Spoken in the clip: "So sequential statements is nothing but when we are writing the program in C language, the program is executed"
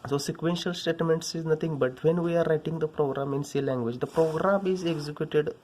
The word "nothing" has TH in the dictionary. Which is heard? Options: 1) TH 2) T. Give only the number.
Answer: 2